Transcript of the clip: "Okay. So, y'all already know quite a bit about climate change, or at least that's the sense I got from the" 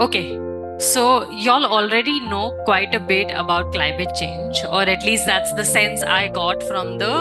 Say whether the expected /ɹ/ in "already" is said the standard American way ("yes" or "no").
yes